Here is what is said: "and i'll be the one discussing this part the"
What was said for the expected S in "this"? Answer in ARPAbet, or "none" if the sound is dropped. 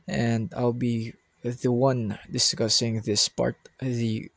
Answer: S